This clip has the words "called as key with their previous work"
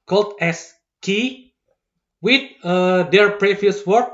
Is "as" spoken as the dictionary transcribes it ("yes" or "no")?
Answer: no